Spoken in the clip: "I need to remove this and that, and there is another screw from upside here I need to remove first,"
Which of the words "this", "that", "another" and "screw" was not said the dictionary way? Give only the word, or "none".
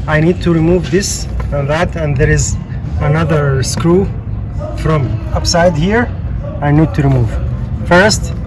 none